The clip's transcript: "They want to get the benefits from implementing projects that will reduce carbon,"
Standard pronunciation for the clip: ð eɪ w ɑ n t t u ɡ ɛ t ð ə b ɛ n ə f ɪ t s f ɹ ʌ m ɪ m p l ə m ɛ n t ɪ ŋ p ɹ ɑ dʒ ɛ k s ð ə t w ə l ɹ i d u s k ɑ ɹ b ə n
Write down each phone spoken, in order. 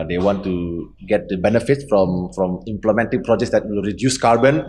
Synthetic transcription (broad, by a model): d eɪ w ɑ n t t u ɡ ɛ t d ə b ɛ n ə f ɪ t s f ɹ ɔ m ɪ m p l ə m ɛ n t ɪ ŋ p ɹ ɑ dʒ ɛ k s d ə t w ə l ɹ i d u s k ɑ ɹ b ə n